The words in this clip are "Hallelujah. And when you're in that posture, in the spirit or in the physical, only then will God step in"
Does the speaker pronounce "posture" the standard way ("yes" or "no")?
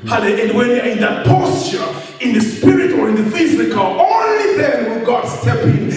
yes